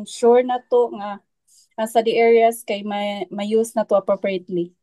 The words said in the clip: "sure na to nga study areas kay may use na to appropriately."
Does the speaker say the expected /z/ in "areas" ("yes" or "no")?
no